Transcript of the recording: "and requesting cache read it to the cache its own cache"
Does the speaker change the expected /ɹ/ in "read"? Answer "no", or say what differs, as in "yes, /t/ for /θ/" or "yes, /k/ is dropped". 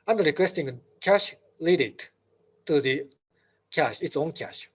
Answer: yes, /l/ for /ɹ/